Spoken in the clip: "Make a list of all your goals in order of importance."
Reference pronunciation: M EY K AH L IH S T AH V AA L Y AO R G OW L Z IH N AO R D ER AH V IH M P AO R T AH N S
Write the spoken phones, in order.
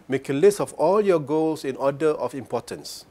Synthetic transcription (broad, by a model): M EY K AH L IH S T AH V AA L Y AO G OW L S IH N AO D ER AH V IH M P AO T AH N S